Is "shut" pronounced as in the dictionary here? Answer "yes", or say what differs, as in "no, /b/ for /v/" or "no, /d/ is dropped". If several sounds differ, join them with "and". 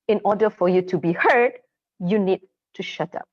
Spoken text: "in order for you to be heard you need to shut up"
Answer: yes